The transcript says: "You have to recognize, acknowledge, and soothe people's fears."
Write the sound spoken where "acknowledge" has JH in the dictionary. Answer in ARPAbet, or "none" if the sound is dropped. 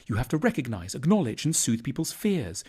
JH